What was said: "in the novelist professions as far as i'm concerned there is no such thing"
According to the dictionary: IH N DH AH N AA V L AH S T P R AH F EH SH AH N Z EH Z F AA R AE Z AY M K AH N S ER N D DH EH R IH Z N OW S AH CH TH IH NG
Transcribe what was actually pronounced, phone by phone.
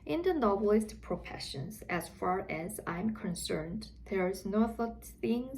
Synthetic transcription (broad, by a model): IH N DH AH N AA B L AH S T P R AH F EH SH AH N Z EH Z F AA R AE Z AY M K AH N S ER N D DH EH R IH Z N OW TH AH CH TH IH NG